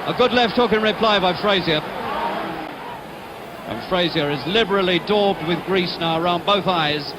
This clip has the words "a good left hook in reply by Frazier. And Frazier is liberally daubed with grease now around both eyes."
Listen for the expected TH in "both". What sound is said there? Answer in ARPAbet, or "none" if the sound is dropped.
TH